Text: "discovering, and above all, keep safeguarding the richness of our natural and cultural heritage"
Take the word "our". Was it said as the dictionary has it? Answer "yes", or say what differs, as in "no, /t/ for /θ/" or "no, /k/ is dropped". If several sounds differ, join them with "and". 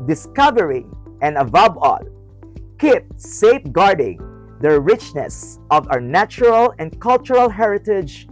no, /w/ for /ɹ/